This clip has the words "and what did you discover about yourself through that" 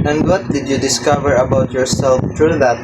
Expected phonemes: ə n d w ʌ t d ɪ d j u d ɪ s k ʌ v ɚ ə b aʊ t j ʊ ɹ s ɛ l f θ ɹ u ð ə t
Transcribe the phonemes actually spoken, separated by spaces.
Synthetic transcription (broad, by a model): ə n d w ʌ t d ɪ d j u d ɪ s k ʌ v ɚ ə b aʊ t j ʊ ɹ s ɛ l f t ɹ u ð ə t